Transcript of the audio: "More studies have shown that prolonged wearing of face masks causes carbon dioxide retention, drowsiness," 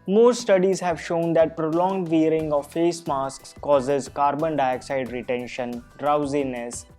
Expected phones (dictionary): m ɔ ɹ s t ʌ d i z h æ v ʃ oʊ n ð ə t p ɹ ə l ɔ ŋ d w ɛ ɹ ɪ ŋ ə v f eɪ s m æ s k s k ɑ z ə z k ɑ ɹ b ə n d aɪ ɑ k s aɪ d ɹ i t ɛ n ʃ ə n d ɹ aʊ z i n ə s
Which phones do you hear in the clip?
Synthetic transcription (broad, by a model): m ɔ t s t ʌ d i z h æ v ʃ oʊ n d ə t p ɹ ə l ɔ ŋ d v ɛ ɹ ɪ ŋ ə v f eɪ s m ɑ s k s k ɑ z ə z k ɑ ɹ b ə n d aɪ ɑ k s aɪ d ɹ i t ɛ n ʃ ə n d ɹ aʊ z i n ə s